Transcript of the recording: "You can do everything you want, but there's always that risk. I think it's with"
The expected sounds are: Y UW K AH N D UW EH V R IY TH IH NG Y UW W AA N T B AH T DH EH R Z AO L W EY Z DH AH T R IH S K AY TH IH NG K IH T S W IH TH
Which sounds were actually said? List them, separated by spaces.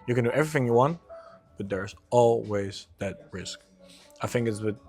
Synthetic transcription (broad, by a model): Y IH K AH N D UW EH V R IY TH IH NG Y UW W AA N T B AH T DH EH R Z AO L W EY Z DH AH T R IH S K AY TH IH NG K IH T S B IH